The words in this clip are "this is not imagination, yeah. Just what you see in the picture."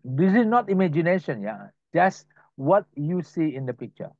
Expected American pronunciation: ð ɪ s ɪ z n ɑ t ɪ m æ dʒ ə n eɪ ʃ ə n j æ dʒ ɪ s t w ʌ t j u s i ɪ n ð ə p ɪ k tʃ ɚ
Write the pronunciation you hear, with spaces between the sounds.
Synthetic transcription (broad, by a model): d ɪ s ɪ s n ɑ t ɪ m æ dʒ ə n eɪ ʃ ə n j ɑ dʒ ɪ s w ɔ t j u s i ɪ n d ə p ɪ k tʃ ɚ